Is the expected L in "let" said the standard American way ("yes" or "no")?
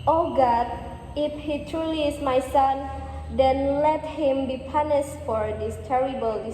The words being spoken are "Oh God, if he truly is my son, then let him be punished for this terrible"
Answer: yes